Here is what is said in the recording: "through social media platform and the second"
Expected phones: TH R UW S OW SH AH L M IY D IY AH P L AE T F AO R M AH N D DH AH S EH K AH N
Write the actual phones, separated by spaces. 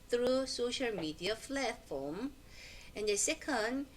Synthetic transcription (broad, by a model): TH R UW S OW SH AH L M IY D IY AH F L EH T F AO M AH N D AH S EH K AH N